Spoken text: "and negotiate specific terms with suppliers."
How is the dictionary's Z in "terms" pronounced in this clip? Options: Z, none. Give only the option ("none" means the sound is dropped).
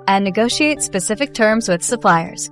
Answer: Z